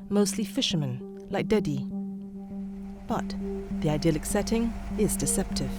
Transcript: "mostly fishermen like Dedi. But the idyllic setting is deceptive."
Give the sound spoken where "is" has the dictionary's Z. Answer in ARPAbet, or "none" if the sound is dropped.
Z